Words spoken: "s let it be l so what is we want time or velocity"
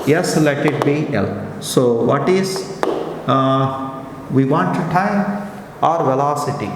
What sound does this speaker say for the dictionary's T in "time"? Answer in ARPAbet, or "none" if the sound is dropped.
T